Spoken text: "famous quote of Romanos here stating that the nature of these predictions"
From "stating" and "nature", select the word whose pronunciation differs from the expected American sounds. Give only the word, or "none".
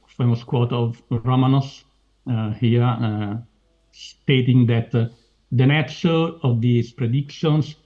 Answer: nature